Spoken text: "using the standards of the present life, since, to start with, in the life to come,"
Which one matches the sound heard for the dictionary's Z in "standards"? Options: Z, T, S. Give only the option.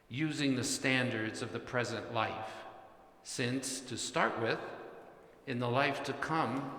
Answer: Z